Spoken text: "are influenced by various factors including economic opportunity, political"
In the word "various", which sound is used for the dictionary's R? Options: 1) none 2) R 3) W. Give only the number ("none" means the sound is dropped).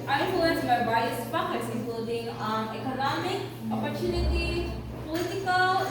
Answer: 1